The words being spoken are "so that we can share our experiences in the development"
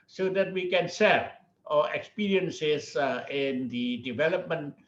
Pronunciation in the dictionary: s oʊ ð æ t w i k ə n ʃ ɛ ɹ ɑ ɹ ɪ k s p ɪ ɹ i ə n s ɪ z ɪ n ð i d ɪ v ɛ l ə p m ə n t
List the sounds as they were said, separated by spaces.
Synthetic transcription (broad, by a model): s oʊ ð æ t w i k ə n s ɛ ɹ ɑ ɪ k s p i ɹ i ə n s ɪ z ɪ n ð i d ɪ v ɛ l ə p m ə n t